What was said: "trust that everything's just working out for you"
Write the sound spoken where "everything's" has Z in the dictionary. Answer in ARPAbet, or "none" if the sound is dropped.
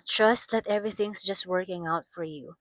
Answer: S